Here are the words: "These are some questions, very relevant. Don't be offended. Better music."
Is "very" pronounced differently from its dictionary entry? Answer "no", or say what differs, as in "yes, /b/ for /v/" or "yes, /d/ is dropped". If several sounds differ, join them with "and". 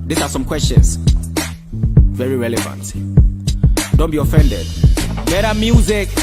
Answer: no